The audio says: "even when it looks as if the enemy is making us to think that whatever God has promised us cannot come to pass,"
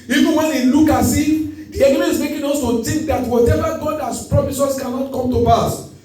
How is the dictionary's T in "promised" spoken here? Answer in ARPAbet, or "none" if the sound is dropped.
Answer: none